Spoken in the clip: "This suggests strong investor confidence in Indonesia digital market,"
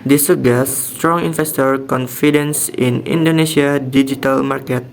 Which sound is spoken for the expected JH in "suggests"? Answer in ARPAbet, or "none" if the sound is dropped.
none